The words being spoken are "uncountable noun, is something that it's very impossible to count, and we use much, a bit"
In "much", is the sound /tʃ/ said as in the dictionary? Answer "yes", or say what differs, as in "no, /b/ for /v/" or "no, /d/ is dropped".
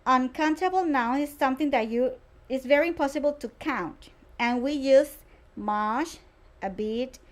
no, /ʃ/ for /tʃ/